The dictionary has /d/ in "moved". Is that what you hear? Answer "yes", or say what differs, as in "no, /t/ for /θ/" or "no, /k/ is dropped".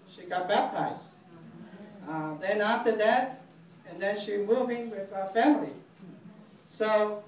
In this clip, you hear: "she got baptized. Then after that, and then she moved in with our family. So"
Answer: no, /d/ is dropped